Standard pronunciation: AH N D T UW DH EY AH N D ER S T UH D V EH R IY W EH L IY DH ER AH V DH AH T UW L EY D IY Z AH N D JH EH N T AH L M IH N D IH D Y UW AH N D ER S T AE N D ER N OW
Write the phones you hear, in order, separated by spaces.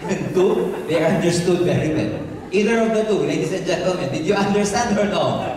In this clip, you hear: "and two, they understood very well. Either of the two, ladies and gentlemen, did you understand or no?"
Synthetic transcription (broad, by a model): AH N T UW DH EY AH N D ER S T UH D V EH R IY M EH N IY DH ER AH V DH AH T UW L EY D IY S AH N JH EH N T AH L M IH N D IH D Y UW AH N D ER S T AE N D ER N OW